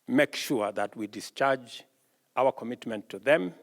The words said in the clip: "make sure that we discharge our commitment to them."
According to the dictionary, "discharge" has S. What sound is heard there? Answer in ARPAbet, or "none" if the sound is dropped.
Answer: S